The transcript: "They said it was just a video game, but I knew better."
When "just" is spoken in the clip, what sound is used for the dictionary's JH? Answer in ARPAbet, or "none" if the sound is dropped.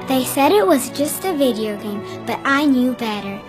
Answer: JH